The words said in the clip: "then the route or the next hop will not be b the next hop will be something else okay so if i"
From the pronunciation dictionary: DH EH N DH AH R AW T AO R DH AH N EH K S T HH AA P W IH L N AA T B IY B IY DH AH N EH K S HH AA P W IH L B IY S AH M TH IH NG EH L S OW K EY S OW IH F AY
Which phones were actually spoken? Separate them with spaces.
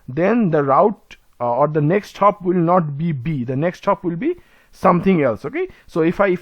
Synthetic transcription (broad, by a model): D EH N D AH R AW T AO R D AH N EH K S T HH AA P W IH L N AA T B IY B IY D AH N EH K S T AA P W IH L B IY S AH M T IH NG EH L S OW K EY S OW IH F AY